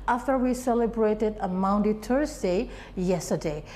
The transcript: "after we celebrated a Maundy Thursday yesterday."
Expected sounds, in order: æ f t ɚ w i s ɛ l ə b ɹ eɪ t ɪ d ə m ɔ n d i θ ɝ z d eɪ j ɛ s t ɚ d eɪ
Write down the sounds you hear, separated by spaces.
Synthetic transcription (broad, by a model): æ f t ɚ w i s ɛ l ə b ɹ eɪ t ɪ d ə m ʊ n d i t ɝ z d eɪ j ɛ s t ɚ d eɪ